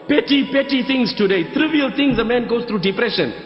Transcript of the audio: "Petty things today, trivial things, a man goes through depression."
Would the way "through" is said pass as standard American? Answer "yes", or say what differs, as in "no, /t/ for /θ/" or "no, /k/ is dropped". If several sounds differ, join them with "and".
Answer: no, /t/ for /θ/